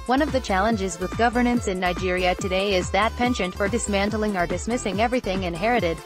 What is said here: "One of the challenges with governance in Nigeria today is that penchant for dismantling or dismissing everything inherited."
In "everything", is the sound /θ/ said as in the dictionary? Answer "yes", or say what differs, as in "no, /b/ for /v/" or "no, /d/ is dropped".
yes